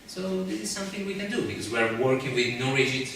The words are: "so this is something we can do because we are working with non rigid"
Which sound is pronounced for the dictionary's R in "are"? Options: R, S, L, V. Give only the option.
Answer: R